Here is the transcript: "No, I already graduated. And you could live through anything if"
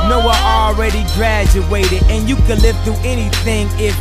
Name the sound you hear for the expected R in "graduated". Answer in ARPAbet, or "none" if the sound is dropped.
R